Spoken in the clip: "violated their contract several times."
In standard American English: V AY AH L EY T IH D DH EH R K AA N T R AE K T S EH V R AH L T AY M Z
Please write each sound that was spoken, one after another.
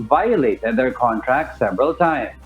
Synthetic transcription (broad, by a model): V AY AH L EY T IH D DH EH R K AA N T R AE K T S EH V R AH L T AY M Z